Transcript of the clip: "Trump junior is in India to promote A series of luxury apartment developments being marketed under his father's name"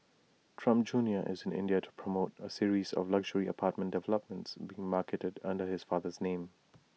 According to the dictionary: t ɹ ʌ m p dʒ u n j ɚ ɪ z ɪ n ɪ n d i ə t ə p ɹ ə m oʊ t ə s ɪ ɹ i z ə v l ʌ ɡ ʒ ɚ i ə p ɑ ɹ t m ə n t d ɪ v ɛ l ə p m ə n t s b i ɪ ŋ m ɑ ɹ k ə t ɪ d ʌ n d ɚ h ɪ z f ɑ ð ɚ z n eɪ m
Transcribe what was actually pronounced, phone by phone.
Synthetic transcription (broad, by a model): t ɹ ʌ m p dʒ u n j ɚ ɪ z ɪ n ɪ n d i ə t ə p ɹ ə m oʊ t ə s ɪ ɹ i z ə v l ʌ ɡ ʒ ɚ i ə p ɑ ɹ t m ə n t d ɪ v ɛ l ə p m ə n t s b i ɪ ŋ m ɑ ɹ k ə t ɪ d ʌ n d ɚ h ɪ z f ɑ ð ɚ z n eɪ m